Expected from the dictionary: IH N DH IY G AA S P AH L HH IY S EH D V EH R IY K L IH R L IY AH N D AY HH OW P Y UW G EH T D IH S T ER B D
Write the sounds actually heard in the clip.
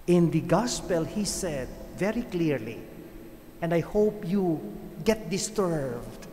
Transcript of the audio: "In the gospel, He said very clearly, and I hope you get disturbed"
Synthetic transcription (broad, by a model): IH N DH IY G AA S P AH L HH IY S EH D V EH R IY K L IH R L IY AH N D AY HH OW P Y UW G EH T D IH S T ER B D